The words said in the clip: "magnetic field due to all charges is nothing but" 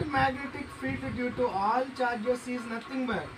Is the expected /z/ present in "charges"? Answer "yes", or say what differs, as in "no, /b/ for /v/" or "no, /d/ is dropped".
no, /s/ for /z/